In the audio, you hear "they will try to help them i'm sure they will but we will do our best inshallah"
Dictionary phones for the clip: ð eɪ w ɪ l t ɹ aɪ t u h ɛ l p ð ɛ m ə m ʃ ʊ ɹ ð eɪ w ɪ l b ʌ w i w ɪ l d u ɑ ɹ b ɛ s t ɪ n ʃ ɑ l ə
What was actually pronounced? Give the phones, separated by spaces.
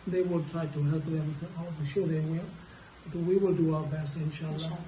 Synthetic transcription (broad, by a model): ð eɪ w ɪ l t ɹ aɪ t u h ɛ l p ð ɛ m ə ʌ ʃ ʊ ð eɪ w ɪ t w i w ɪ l d u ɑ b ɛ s ɪ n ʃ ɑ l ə